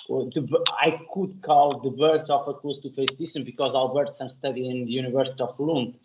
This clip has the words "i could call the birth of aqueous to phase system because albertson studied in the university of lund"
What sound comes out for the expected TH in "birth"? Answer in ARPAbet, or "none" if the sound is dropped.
S